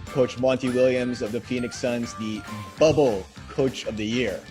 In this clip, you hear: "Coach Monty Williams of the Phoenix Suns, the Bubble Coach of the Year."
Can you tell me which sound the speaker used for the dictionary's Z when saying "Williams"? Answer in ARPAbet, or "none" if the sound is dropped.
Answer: Z